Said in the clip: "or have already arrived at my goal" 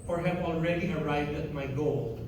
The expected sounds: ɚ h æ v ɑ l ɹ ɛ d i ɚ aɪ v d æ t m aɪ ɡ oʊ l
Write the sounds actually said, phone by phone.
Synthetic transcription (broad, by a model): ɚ h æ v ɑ l ɹ ɛ d i ɚ aɪ v d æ t m aɪ ɡ oʊ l